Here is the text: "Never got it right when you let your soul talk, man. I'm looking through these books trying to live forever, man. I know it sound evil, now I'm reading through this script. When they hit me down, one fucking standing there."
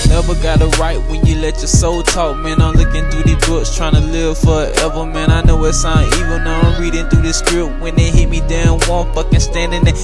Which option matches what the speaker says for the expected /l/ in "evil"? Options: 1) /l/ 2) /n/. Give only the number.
2